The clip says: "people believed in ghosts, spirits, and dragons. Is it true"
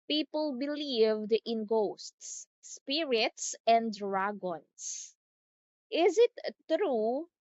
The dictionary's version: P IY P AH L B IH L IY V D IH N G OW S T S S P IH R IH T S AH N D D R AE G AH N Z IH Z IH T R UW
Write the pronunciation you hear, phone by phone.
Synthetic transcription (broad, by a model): P IY P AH L B IH L IY V D IH N G OW S T S S P IH R IH T S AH N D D R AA G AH N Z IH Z IH T R UW